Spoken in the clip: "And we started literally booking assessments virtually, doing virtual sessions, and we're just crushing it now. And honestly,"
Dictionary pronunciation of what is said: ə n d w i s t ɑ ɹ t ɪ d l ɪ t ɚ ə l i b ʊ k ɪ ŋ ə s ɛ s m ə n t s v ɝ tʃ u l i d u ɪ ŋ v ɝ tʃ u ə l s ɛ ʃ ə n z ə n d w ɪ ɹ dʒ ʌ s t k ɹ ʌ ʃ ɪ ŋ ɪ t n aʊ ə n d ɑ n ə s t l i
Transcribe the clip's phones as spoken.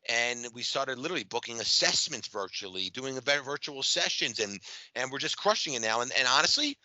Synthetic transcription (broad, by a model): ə n w i s t ɑ ɹ t ɪ d l ɪ t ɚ l i b ʊ k ɪ ŋ ə s ɛ s m ə n t s v ɝ tʃ u l i d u ɪ ŋ v ɝ tʃ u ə l s ɛ ʃ ə n z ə n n w ɪ ɹ dʒ ʌ s k ɹ ʌ ʃ ɪ ŋ ɪ t n aʊ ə n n ɑ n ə s t l i